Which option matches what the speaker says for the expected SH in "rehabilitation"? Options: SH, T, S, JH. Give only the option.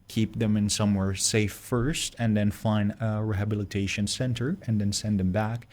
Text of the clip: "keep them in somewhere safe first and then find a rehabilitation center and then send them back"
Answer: SH